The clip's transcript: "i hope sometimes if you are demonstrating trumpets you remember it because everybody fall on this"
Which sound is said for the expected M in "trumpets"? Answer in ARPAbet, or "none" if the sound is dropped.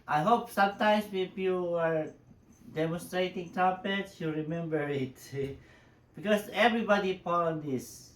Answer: none